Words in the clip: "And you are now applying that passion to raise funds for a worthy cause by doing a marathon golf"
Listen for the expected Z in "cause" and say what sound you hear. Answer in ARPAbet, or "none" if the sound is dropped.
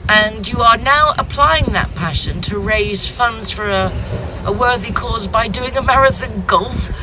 Z